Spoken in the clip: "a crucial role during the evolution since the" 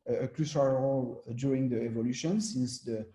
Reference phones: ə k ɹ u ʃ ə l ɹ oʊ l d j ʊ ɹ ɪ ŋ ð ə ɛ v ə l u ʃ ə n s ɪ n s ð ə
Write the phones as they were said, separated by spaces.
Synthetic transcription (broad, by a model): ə k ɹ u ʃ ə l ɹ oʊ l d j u ɹ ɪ ŋ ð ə ɛ v ə l u ʃ ə n s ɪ n s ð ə